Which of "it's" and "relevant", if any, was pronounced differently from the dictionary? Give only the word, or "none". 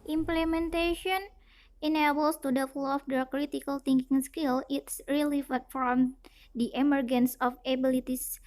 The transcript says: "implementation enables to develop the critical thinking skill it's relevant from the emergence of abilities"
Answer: relevant